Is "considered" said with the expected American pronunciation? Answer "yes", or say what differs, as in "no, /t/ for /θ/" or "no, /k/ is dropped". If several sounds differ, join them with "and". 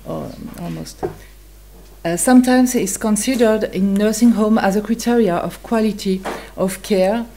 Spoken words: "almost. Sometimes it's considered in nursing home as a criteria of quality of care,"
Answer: yes